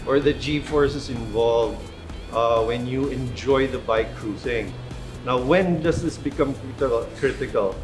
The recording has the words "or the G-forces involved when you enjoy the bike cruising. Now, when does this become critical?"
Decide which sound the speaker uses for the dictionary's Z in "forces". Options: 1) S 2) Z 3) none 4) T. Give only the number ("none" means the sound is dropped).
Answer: 1